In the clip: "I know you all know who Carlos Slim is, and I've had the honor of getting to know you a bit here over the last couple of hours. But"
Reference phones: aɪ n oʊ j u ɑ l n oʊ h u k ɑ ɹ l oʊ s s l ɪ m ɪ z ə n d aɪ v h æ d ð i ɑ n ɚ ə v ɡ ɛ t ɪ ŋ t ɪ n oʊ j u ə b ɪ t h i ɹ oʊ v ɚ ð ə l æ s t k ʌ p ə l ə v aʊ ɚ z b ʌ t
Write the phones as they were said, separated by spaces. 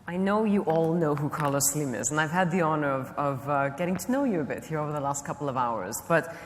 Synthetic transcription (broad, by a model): aɪ n oʊ j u ɑ l n oʊ h u k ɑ ɹ l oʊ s s l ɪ m ɪ z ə n aɪ v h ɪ d ð i ɑ n ɚ ə v ɡ ɛ t ɪ ŋ t ɪ n oʊ j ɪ ə b ɪ t h i ɹ oʊ v ɚ ð ə l æ s t k ʌ p l ə v aʊ ɚ z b ʌ t